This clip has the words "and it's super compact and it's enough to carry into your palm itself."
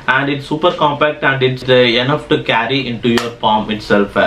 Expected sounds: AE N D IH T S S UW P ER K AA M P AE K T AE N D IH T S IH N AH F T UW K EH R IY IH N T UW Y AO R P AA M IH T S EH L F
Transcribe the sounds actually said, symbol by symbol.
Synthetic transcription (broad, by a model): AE N D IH T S S UW P ER K AA M P AE K T AE N D IH T S IH N AH F T UW K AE R IY IH N T UW Y AO R F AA M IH T S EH L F